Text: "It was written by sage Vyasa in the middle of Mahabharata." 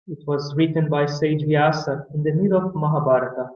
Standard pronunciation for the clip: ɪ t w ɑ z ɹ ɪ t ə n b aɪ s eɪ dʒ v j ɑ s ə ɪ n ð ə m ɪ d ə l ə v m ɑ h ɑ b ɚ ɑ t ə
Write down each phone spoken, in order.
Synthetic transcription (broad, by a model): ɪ t w ɑ z ɹ ɪ t ə n b aɪ s eɪ dʒ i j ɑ s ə ɪ n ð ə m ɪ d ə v m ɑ h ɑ b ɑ t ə